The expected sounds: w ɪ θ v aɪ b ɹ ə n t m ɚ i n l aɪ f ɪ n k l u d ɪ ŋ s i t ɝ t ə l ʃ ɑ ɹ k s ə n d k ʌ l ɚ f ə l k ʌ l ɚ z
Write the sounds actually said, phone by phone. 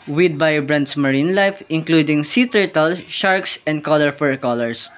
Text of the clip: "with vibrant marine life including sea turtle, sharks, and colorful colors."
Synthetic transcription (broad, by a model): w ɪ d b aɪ b ɹ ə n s m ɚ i n l aɪ f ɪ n k l u d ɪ ŋ s i t ɝ t ə l ʃ ɑ ɹ k s ə n d k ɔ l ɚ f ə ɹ k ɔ l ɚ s